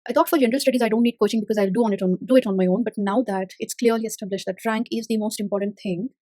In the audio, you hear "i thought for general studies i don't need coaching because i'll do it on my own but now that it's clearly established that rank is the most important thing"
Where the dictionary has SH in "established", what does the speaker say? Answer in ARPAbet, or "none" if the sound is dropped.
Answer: SH